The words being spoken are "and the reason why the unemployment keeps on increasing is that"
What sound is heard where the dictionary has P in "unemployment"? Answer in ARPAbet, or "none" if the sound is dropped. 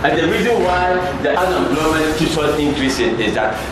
B